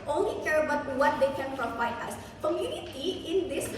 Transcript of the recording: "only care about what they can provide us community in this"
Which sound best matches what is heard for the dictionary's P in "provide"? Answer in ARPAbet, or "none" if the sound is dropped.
F